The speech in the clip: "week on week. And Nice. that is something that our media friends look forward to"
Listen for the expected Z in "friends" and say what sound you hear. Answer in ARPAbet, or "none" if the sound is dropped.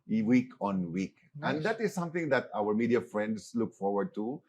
S